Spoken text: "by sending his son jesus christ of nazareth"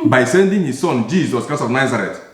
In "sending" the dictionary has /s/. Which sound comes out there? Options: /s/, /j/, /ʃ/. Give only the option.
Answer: /s/